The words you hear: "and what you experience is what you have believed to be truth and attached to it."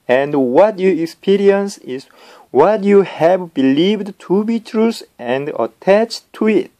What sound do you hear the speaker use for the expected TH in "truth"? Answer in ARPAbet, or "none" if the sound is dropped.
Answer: S